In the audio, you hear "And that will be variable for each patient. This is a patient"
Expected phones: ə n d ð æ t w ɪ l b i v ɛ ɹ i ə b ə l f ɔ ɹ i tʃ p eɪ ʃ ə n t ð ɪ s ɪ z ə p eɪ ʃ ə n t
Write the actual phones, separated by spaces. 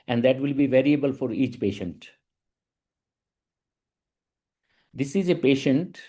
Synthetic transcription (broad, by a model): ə n d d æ t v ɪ l b i v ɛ ɹ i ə b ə l f ɔ ɹ i tʃ p eɪ ʃ ə n t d ɪ s ɪ z ə p eɪ ʃ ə n t